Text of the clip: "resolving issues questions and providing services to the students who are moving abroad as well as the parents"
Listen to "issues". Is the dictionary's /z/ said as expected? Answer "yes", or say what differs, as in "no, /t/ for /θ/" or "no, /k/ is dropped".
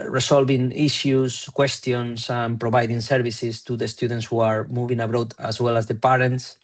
no, /s/ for /z/